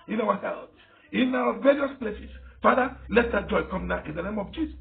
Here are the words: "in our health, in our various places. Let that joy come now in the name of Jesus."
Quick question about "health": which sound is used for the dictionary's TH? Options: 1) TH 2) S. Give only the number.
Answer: 2